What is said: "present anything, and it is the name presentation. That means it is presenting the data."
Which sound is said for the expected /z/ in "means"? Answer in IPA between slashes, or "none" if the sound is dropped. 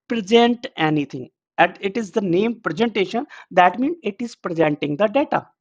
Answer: none